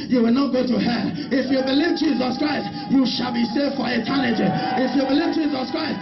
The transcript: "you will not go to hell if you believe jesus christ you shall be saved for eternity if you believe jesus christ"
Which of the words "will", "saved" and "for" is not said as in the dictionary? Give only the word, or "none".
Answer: saved